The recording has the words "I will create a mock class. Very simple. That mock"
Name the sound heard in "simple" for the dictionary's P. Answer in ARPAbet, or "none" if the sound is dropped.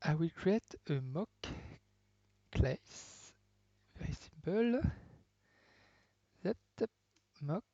B